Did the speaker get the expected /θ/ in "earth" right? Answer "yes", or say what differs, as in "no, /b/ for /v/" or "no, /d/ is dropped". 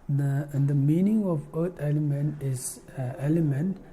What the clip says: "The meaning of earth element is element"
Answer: no, /t/ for /θ/